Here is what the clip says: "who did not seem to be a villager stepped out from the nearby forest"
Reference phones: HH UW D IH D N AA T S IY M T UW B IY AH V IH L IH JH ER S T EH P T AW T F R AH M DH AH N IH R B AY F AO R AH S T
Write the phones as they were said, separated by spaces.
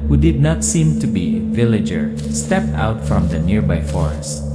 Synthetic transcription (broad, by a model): HH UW D IH D N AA T S IY M T UW B IY V IH L IH JH ER S T EH P T AW T F R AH M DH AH N IH R B AY F AO R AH S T